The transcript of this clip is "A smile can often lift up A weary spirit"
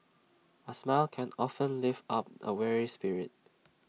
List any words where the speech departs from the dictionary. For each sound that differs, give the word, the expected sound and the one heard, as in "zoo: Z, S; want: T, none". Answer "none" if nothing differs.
lift: T, none